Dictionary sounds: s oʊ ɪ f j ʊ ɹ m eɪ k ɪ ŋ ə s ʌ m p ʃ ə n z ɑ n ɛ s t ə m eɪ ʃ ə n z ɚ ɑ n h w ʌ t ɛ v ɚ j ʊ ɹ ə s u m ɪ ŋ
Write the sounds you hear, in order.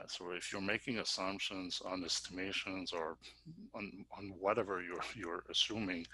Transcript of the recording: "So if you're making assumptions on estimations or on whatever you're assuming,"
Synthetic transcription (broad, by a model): s oʊ ɪ f j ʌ ɹ m eɪ k ɪ ŋ ə s ʌ m p ʃ ə n z n ɛ s t ə m eɪ ʃ ə n z ɚ n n w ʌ t ɛ v ɚ j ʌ ɹ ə s u m ɪ ŋ